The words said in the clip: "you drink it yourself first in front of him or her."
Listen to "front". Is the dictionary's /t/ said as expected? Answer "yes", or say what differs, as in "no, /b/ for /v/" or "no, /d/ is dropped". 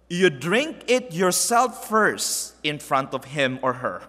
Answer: yes